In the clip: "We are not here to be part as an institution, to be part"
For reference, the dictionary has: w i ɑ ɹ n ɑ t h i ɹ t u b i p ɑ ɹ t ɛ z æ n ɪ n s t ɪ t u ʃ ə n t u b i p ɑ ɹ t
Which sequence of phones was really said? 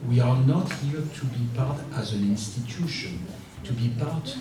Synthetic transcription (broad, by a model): w i ɑ ɹ n ɑ t h i ɹ t u b i p ɑ ɹ t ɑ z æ n ɪ n s t ɪ t u ʃ ə n t u b i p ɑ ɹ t